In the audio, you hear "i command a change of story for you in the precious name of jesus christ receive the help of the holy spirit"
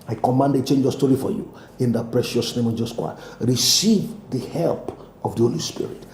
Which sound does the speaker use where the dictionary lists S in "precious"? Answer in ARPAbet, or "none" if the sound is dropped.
S